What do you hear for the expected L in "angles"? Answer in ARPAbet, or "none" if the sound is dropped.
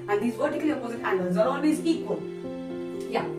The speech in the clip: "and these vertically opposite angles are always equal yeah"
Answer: none